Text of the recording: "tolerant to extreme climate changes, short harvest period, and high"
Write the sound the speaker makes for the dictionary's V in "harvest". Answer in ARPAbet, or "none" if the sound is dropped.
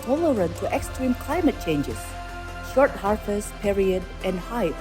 F